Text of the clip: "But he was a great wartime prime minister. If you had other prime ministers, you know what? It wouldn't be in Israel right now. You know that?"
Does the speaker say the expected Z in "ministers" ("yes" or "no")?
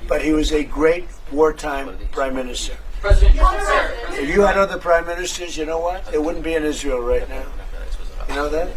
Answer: yes